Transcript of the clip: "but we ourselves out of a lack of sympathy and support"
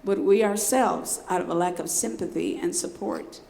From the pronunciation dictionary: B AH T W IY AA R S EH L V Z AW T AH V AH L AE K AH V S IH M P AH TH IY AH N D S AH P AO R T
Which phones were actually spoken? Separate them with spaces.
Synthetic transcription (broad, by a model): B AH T W IY AA R S EH L V Z AW T AH V AH L AE K AH V S IH M P AH TH IY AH N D S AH P AO R T